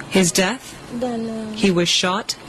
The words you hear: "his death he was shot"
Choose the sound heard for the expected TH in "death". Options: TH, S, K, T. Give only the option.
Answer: TH